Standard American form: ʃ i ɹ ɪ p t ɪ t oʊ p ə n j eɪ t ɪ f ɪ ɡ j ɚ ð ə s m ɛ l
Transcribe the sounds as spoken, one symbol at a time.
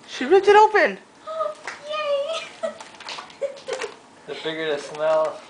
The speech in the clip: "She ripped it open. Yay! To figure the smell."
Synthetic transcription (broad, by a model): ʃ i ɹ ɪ t ɪ t oʊ p ə n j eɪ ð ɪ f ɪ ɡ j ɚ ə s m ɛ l